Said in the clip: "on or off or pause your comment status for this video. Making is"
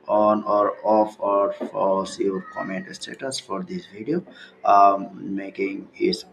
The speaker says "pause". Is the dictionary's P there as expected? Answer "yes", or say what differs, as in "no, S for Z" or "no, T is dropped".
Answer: no, F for P